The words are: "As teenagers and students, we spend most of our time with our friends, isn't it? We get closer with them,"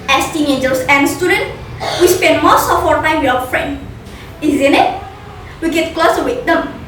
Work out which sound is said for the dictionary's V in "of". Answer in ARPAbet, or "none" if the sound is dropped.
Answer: P